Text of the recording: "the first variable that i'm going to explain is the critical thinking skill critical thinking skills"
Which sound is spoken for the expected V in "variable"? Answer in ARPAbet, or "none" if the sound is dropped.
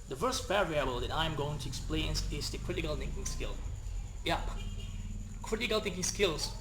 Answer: B